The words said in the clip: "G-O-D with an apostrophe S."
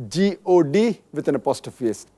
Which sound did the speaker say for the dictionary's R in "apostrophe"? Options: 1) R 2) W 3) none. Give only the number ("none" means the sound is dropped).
3